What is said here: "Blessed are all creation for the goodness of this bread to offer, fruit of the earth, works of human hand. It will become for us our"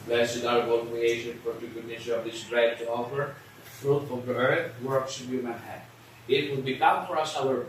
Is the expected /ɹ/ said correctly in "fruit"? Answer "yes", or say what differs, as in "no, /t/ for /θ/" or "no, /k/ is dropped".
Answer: yes